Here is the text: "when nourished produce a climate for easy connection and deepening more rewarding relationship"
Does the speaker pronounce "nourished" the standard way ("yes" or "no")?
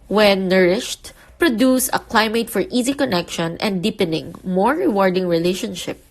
yes